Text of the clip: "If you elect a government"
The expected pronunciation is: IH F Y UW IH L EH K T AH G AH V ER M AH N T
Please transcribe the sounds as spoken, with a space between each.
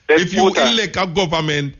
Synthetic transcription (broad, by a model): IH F Y UW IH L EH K AH G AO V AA M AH N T